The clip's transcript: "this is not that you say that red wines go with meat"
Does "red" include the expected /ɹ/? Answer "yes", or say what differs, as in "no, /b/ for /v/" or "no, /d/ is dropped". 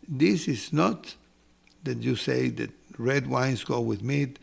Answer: yes